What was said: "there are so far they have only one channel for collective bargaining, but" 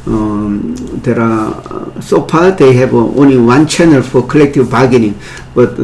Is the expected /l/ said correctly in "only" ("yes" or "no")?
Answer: yes